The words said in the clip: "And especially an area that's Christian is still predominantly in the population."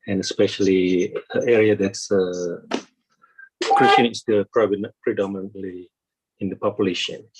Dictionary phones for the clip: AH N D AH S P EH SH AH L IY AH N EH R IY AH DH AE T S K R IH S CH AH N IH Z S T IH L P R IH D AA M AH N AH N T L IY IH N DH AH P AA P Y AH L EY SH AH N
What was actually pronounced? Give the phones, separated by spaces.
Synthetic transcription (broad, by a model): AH N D AH S P EH SH AH L IY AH EH R IY AH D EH T S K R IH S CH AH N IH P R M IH N P R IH D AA M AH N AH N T L IY IH N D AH P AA P Y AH L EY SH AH N